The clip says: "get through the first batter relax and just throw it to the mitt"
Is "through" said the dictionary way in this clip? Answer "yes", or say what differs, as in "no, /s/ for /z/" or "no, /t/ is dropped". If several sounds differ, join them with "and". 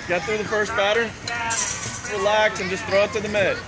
yes